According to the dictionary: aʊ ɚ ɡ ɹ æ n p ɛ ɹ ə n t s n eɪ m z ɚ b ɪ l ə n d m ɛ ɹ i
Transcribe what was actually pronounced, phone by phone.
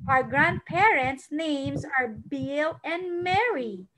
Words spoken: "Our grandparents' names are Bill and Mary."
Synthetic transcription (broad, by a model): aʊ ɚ ɡ ɹ æ n p ɛ ɹ ə n t s n eɪ m z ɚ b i l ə n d m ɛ ɹ i